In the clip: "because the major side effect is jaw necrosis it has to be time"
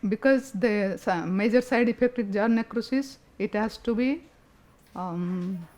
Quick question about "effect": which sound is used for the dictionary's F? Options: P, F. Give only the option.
P